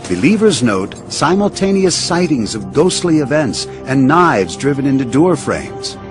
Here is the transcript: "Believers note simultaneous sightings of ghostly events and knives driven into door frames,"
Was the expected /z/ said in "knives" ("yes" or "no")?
yes